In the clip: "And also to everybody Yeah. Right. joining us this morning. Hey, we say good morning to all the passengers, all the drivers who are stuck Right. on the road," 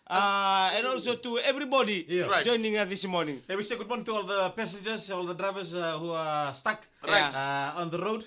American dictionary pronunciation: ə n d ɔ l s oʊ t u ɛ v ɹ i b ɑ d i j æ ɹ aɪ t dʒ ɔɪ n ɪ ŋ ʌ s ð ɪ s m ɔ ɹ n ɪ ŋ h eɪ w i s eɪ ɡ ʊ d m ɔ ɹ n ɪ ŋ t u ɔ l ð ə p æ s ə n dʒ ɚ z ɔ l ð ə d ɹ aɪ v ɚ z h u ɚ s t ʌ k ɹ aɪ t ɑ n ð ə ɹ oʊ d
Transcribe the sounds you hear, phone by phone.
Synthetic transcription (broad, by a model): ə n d ɔ l s oʊ t u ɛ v ɹ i b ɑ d i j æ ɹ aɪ dʒ ɔɪ n ɪ ŋ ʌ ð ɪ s m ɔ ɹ n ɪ ŋ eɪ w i s eɪ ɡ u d m ɔ ɹ n ɪ ŋ t u ɔ l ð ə p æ s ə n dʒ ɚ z ɔ l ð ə d ɹ aɪ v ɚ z h u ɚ s t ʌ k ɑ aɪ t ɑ n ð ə ɹ oʊ d